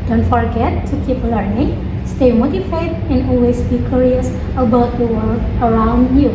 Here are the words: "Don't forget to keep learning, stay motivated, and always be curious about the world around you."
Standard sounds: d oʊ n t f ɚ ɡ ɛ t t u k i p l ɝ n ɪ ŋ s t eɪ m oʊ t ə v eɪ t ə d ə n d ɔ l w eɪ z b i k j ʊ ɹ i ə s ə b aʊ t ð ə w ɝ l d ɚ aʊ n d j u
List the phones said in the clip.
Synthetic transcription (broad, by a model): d oʊ n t f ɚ ɡ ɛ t t u k i p l ɝ n ɪ ŋ s t eɪ m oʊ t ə f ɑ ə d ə n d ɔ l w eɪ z b i k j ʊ ɹ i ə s ə b aʊ t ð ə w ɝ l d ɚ aʊ n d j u